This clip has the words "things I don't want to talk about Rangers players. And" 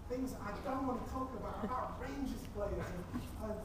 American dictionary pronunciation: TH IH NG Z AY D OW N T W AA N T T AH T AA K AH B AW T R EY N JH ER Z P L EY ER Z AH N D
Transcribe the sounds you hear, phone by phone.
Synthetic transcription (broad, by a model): TH IH NG Z AY D OW N T W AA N T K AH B AA AH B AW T R EY N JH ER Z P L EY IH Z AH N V